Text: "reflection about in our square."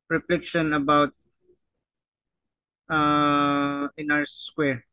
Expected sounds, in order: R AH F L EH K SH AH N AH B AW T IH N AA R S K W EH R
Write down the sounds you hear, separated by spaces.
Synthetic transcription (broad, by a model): R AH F L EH K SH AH N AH B AW T IH N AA W S K W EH R